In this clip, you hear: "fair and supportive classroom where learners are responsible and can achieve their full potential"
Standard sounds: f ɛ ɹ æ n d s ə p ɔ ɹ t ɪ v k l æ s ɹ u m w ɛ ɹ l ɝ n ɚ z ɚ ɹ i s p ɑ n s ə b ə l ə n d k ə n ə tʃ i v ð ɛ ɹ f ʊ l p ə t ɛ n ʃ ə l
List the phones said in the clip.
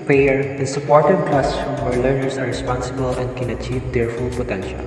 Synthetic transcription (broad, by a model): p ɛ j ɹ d s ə p ɔ ɹ t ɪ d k l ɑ s ɹ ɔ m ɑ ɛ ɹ l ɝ n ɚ s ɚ ɹ i s p ɑ n s ə b ə l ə n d k ə n ə tʃ i v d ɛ ɹ f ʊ l p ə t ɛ n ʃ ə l